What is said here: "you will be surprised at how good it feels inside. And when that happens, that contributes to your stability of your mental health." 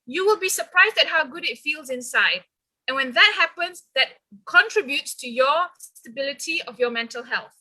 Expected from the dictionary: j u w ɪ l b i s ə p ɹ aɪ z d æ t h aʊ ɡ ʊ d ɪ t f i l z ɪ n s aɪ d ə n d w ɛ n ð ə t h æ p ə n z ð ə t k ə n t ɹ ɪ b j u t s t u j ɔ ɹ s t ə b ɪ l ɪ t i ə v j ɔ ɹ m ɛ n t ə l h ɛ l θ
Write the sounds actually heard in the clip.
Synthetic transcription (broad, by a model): j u w ɪ l b i s ə p ɹ aɪ z d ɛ t h aʊ ɡ ʊ d ɪ t f i l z ɪ n s aɪ d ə n w ɛ n ð ə t h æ p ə n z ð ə t k ə n t ɹ ɪ b j u t s t u j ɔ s s t ə b ɪ l ɪ t i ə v j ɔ m ɛ n t ə l h ɛ l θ